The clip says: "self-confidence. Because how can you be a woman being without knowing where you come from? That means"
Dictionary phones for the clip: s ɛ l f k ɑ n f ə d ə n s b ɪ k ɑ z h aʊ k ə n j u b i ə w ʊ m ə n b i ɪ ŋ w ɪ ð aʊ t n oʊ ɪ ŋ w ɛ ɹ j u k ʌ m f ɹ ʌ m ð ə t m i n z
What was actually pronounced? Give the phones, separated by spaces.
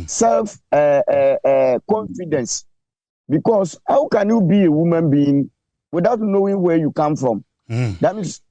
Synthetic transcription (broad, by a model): s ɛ l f k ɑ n f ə d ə n s b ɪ k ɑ s h aʊ k ə n j u b i ə w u m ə n b i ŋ w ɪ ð aʊ t n oʊ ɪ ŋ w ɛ j u k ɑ m f ɹ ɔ m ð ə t m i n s